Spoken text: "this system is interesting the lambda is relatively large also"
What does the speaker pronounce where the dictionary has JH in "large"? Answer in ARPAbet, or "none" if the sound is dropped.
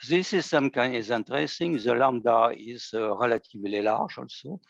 ZH